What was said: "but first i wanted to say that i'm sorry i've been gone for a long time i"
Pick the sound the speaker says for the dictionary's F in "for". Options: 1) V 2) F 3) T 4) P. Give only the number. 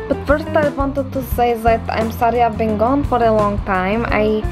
2